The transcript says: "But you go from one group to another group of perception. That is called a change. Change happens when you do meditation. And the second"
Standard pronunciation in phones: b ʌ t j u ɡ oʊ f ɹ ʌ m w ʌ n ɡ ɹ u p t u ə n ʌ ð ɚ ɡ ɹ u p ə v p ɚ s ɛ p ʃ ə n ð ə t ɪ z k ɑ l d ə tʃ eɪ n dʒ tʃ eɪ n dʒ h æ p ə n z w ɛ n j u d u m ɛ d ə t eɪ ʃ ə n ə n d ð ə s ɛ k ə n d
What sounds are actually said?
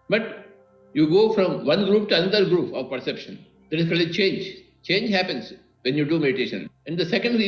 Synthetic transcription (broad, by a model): b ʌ t j u ɡ oʊ f ɹ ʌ m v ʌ n ɡ ɹ u p t u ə n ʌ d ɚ ɡ ɹ u p ə v p ɚ s ɛ p ʃ ə n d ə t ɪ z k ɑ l ə tʃ eɪ n dʒ tʃ eɪ n dʒ h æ p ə n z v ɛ n j u d u m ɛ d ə t eɪ ʃ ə n ə n d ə s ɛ k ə n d